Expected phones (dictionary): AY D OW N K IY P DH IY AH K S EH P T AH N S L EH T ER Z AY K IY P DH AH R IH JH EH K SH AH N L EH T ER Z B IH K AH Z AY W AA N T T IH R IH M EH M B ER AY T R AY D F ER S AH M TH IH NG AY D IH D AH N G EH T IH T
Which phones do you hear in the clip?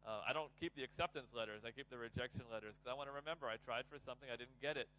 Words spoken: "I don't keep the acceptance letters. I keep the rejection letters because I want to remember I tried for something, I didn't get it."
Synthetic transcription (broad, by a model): AY D OW N K IY P DH IY AH K S EH P T AH N S L EH T ER Z AY K IY P DH AH R IH JH EH K SH AH N L EH T ER Z K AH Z AY W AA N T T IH R IH M EH M B ER AY T R AY D F ER S AH M TH IH NG AY D IH D N G EH T IH T